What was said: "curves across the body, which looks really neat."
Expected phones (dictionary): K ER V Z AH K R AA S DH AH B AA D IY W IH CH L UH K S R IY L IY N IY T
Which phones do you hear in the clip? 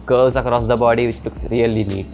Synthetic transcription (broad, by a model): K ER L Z AH K R AA S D AH B AA D IY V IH CH L UH K S R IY L IY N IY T